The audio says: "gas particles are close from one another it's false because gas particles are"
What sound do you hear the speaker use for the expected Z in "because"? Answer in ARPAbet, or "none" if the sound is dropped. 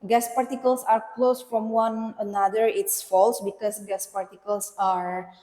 S